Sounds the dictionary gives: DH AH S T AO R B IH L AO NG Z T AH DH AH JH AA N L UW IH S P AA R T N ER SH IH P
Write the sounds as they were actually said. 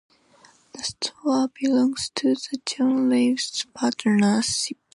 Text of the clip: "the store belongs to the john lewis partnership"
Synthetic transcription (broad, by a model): DH AH S T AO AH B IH L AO NG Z T AH DH AH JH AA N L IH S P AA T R N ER S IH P